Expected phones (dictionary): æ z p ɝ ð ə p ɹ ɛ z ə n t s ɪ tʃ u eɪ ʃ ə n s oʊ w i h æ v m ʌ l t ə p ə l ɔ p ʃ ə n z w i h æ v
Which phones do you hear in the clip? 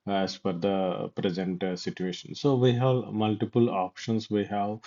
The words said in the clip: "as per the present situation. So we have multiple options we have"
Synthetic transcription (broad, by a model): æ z f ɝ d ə p ɹ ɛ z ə n t s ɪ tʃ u eɪ ʃ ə n s oʊ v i h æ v m ʌ l t ə p ə l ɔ p ʃ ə n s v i h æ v